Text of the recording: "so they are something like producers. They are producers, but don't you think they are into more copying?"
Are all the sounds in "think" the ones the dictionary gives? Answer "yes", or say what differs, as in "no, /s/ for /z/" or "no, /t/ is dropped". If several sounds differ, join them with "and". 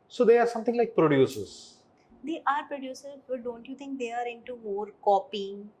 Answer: no, /t/ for /θ/